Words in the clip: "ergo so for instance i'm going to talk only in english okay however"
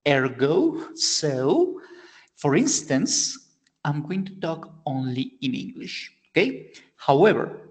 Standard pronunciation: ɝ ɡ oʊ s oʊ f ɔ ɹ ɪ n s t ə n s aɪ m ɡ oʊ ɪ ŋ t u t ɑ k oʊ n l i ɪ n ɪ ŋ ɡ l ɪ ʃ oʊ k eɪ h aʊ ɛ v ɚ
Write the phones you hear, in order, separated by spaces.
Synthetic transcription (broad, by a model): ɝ ɡ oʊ s oʊ f ɔ ɹ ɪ n s t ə n s aɪ m ɡ oʊ ɪ ŋ t u t ɑ k oʊ n l i ɪ n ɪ ŋ ɡ l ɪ ʃ oʊ k eɪ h aʊ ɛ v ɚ